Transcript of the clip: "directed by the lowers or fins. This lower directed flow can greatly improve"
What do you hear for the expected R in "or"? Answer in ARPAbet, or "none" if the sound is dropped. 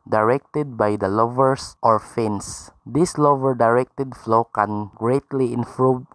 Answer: R